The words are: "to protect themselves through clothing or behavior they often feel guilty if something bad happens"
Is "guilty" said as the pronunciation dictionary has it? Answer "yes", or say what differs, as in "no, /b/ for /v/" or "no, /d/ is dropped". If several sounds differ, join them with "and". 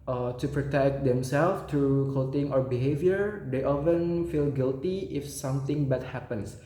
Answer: yes